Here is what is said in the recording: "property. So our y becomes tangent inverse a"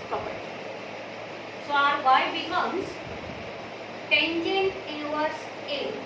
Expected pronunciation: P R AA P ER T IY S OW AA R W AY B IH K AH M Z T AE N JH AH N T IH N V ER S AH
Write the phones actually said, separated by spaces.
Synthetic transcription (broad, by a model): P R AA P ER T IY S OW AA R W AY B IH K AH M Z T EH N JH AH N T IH V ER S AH